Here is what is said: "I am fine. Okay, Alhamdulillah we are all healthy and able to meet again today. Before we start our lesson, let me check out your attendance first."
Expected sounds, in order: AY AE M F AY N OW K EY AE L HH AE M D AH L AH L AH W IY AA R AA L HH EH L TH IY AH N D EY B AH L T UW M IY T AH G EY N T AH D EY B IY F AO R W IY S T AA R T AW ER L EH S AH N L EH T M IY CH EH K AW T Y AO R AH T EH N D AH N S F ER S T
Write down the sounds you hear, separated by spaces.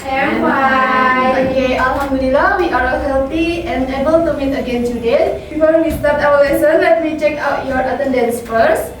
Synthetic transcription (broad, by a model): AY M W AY OW K EY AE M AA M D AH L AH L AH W IY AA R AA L HH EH L T IY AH N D EY B AH L T UW M IY T AH G EY N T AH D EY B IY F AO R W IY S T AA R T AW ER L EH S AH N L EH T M IY CH EH K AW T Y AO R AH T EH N D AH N S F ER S